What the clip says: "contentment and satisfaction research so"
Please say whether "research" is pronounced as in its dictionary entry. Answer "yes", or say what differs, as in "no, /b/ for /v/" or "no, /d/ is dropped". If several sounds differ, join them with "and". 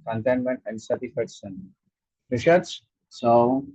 no, /ʃ/ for /s/ and /s/ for /tʃ/